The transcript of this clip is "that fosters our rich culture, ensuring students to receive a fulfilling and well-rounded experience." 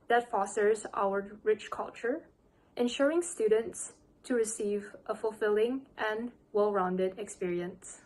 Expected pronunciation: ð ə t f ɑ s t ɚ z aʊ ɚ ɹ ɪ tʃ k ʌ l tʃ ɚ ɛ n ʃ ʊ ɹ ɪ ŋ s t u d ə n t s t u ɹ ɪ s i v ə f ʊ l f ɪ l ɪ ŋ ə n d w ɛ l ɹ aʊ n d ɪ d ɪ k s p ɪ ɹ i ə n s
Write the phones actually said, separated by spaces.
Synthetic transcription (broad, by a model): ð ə t f ɑ s t ɚ z aʊ ɚ ɹ ɪ tʃ k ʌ l tʃ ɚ ɛ n ʃ ʊ ɹ ɪ ŋ s t u d ə n t s t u ɹ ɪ s i v ə f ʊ l f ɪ l ɪ ŋ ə n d w ɛ l ɹ aʊ n d ɪ d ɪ k s p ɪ ɹ i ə n s